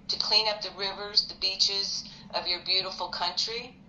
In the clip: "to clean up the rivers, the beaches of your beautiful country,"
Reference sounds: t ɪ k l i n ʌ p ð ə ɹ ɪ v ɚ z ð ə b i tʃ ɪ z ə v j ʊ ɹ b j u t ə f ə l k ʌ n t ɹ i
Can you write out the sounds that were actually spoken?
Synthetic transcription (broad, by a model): t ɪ k l i n ʌ p ð ə ɹ ɪ v ɚ z ð ə b i tʃ ɪ z ə v j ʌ ɹ b j u t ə f l k ʌ n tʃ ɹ i